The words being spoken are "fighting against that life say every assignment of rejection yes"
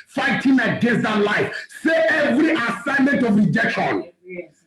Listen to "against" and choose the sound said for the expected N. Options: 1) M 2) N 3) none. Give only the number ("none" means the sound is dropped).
3